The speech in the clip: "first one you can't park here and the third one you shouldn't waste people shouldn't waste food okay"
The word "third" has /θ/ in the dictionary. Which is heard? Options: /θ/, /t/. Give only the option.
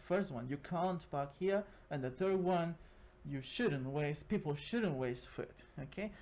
/θ/